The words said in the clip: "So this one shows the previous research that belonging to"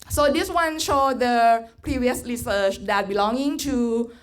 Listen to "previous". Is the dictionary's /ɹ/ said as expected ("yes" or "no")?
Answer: yes